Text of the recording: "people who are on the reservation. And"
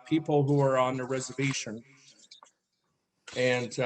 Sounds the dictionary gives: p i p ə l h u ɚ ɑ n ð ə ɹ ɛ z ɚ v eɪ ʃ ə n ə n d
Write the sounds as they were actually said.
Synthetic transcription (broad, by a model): p i p l h u ɚ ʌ n ð ə ɹ ɛ z ɚ v eɪ ʃ ə n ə n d